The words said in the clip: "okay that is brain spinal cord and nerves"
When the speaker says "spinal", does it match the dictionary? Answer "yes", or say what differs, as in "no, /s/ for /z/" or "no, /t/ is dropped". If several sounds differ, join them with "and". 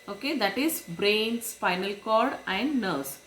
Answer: no, /f/ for /p/